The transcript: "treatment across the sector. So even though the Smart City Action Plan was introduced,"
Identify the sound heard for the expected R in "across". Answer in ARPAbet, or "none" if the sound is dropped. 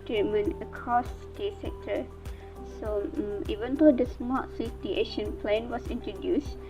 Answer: none